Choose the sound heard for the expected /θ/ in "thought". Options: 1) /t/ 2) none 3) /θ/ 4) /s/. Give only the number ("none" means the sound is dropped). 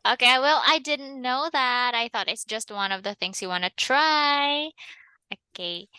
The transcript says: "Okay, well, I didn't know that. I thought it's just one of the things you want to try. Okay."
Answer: 3